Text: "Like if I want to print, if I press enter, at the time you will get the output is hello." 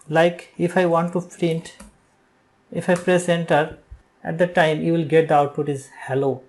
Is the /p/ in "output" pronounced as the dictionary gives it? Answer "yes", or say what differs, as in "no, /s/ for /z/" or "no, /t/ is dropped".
no, /p/ is dropped